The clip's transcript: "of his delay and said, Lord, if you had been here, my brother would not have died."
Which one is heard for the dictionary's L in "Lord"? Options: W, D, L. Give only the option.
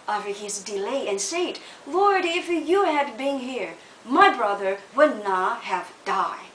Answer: L